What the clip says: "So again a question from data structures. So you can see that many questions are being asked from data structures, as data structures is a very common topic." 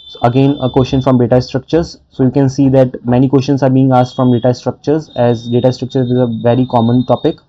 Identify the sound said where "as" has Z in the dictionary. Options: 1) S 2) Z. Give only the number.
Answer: 2